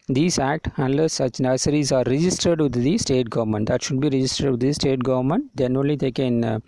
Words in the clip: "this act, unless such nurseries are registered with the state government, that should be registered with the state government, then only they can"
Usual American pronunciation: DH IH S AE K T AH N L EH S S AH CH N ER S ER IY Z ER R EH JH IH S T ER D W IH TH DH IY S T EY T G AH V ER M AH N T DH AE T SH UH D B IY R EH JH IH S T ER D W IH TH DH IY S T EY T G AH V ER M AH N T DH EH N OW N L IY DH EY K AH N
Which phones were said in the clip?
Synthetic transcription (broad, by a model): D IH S AE K T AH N L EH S S AH CH N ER S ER IY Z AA R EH JH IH S T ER D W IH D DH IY S T EY T G AH V ER M AH N T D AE T SH UH D B IY R EH JH IH S T ER D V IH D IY S T EY T G AH V ER M AH N T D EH N OW N L IY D EY K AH N